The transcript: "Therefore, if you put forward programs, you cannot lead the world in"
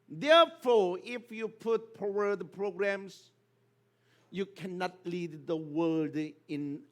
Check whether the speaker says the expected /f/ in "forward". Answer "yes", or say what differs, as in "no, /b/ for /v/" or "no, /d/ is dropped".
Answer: no, /p/ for /f/